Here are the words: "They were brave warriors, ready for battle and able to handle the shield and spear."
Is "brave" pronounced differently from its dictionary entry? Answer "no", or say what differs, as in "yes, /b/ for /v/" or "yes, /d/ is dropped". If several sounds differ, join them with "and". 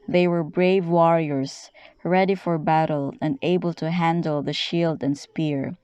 no